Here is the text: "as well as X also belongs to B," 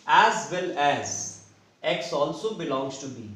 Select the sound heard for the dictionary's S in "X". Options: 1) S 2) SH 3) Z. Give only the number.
1